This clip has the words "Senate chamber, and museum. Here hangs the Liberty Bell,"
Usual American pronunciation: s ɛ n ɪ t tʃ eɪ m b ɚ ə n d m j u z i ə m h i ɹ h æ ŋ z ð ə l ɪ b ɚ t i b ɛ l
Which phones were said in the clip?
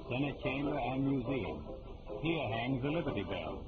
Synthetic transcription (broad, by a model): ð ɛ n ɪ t tʃ eɪ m b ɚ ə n m j u z i ə m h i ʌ h æ ŋ z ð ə l ɪ b ɚ t i b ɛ l